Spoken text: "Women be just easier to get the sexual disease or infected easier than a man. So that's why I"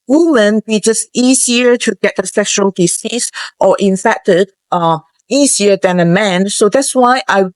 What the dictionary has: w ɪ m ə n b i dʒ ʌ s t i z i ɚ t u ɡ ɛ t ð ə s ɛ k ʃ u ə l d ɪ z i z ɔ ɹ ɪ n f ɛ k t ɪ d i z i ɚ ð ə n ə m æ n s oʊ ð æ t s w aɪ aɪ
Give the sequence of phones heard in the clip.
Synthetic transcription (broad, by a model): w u m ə n b i dʒ ʌ s t i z i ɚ t u ɡ ɛ t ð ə s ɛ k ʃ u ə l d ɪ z i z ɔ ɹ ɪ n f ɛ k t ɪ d i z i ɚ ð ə n ə m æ n s oʊ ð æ t s w aɪ aɪ